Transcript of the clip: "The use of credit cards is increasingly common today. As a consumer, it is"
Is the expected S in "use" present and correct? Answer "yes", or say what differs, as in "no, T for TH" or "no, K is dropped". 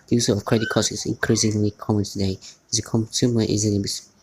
no, S is dropped